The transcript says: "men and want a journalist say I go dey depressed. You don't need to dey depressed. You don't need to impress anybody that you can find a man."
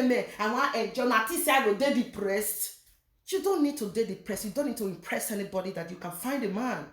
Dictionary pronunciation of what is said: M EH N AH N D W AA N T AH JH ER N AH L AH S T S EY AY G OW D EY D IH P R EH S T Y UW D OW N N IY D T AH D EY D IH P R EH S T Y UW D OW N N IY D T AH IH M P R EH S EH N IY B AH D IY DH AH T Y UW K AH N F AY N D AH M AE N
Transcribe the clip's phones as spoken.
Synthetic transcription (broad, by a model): M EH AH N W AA T AH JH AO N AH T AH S S EY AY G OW D EY D IH P R EH S T Y UW D OW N N IY D T AH D EY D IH P R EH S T Y UW D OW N N IY D T AH IH M P R EH S EH N IY B AH D IY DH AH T Y UW K AH N F AY N D AH M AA N